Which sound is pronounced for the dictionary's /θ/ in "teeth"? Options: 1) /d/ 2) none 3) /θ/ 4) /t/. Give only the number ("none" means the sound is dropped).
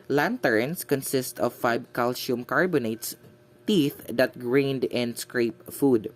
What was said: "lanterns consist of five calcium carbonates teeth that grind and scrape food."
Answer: 3